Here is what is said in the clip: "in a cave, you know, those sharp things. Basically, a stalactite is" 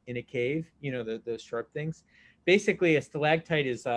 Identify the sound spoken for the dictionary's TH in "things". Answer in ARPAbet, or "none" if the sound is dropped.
TH